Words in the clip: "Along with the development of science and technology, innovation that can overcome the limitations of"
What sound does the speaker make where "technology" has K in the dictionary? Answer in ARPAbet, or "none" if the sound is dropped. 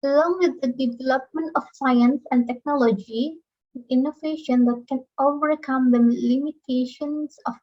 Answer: K